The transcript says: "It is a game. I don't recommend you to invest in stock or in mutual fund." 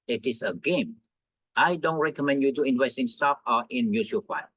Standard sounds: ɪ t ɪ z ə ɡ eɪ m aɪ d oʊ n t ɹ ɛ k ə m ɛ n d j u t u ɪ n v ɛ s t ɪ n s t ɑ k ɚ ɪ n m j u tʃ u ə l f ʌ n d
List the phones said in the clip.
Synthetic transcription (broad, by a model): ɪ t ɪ s ə ɡ eɪ m aɪ d oʊ n t ɹ ɛ k ə m ɛ n d j u t u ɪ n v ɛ s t ɪ n s t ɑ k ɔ ɪ n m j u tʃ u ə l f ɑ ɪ